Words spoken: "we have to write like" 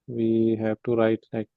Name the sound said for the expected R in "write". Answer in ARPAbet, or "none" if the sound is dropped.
R